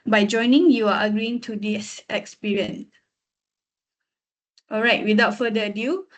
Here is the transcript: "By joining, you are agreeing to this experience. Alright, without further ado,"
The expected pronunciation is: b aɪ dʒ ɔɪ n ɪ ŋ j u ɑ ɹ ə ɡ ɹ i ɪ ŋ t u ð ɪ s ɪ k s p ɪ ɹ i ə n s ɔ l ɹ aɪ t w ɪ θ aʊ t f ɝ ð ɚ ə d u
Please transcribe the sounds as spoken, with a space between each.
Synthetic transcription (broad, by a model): b aɪ dʒ ɔɪ n ɪ ŋ j u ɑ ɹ ə ɡ ɹ i ɪ ŋ t u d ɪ s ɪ k s p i ɹ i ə n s ɔ l ɹ aɪ t w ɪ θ aʊ t f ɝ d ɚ ə d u